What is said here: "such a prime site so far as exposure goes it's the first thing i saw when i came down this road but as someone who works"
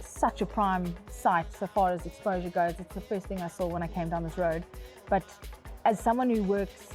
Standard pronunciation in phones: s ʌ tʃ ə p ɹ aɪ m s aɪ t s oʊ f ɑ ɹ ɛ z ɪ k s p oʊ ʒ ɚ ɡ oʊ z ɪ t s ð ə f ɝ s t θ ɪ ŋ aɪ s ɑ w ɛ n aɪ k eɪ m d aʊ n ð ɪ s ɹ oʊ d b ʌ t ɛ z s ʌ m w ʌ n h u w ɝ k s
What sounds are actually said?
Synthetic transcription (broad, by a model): s ʌ tʃ ə p ɹ aɪ m s aɪ t s oʊ f ɑ ɹ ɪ z ɪ k s p oʊ ʒ ɚ ɡ oʊ z ɪ t s ð ə f ɝ s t θ ɪ ŋ aɪ s ɑ w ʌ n aɪ k eɪ m d aʊ n ð ɪ s ɹ oʊ d b ʌ t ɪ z s ʌ m w ʌ n h u w ɝ k s